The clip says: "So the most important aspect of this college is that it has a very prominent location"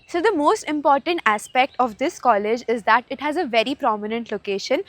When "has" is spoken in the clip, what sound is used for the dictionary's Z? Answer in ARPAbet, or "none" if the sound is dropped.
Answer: Z